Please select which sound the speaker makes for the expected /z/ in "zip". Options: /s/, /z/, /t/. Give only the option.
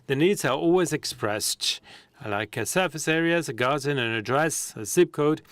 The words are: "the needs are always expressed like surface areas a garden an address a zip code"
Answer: /s/